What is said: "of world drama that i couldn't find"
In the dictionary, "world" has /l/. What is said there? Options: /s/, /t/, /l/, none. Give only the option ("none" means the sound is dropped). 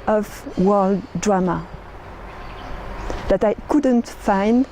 /l/